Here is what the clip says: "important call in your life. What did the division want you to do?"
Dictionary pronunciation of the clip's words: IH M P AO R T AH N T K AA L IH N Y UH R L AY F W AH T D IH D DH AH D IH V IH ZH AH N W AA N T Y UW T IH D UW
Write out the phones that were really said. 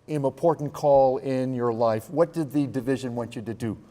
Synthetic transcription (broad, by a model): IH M P AO R T N K AA L IH N Y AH R L AY F W AH T D IH D DH AH D IH V IH ZH AH N W AA N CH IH T IH D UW